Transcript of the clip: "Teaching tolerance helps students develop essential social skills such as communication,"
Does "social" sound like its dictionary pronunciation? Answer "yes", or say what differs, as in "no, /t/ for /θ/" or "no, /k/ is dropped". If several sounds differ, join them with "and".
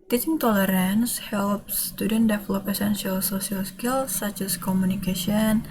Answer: no, /s/ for /ʃ/